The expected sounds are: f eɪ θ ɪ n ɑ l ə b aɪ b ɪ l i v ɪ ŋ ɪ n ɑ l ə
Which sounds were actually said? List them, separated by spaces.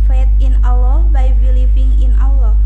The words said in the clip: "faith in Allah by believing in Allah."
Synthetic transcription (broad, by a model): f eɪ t ɪ n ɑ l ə b aɪ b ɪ l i p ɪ ŋ ɪ n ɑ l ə